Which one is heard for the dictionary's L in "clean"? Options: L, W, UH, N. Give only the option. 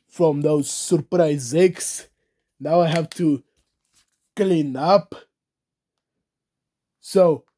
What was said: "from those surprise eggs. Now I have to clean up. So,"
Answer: L